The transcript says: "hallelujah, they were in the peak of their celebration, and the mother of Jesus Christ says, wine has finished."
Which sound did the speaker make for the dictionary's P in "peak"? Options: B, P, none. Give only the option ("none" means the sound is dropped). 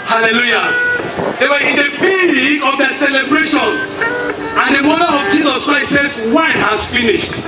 B